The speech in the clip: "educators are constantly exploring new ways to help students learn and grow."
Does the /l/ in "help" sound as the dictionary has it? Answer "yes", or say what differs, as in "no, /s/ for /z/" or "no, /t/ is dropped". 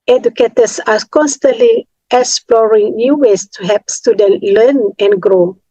no, /l/ is dropped